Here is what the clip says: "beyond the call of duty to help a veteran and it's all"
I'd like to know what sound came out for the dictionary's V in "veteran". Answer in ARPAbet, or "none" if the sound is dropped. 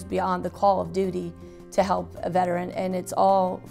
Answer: V